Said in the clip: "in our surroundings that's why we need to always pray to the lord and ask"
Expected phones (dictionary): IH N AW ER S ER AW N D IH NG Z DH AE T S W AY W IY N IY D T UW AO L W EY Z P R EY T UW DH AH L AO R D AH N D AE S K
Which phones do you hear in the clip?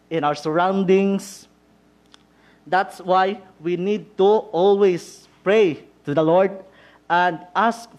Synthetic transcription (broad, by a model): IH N AW ER S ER AW N D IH NG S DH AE T S W AY W IY N IY D T UW AO L W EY S P R EY T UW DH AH L AO R D AH N D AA S K